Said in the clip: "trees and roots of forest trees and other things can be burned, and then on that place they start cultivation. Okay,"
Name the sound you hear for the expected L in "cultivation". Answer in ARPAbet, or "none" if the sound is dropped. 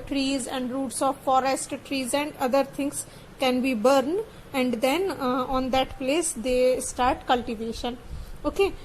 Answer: L